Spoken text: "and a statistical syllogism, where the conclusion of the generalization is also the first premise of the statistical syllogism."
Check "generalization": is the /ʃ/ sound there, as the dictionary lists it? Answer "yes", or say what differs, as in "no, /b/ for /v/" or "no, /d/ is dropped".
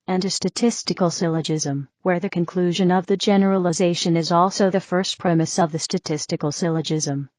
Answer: yes